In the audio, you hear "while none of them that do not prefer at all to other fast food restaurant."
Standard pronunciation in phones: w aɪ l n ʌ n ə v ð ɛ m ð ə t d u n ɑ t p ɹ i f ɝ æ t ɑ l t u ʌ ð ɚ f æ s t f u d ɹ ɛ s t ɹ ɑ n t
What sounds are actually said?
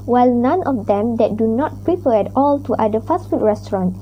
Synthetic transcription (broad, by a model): w aɪ l n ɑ n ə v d ɛ m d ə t d u n ɑ t p ɹ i p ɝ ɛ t ɑ l t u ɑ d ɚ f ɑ s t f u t ɹ ɛ s t ɹ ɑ n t